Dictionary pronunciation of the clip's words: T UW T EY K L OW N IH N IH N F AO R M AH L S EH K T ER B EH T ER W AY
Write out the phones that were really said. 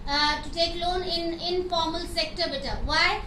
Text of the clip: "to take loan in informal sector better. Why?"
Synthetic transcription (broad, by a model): T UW T EY K L OW N IH N IH N F AO R M AH L S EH K T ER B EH T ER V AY